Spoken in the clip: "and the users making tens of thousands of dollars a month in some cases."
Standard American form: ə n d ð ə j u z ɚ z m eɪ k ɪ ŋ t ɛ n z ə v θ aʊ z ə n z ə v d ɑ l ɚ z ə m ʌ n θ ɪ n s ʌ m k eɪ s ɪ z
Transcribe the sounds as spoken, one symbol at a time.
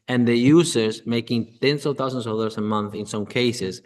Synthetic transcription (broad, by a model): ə n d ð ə j u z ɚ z m eɪ k ɪ ŋ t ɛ n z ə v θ aʊ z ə n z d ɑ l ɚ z ə m ʌ n θ ɪ n s ʌ m k eɪ s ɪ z